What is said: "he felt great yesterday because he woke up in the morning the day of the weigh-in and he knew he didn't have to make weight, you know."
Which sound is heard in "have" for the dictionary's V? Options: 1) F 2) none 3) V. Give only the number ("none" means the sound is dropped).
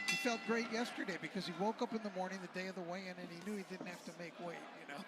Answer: 1